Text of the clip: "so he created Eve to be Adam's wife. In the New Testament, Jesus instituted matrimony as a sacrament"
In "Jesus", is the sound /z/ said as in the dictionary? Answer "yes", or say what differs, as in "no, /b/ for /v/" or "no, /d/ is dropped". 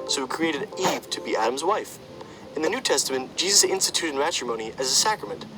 yes